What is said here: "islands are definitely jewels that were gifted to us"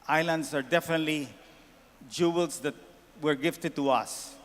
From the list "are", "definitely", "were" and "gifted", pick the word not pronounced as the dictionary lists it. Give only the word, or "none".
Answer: none